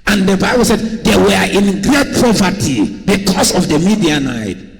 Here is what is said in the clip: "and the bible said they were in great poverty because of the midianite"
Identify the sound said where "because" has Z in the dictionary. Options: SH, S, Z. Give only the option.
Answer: S